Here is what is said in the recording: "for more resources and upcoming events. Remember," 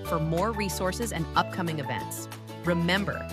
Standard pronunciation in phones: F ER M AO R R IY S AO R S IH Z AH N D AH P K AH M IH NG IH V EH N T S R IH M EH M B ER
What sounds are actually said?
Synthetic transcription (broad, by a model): F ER M AO R R IY S AO R S IH Z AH N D AH P K AH M IH NG IH V EH N T S R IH M EH M B ER